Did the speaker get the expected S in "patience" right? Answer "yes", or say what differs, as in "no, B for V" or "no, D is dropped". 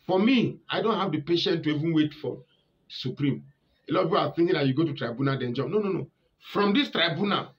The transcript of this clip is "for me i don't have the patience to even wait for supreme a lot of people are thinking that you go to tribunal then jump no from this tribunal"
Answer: no, S is dropped